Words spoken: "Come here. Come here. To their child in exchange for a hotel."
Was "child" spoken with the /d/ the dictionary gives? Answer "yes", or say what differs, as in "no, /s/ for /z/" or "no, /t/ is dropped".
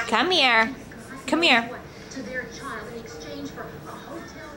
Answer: no, /d/ is dropped